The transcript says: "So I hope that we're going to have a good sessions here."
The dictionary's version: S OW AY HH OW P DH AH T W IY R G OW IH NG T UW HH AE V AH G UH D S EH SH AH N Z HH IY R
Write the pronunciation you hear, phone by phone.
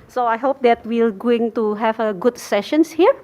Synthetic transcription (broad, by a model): S OW AY HH OW P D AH T W IY L G OW IH NG T UW HH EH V AH G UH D S EH SH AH N S HH IY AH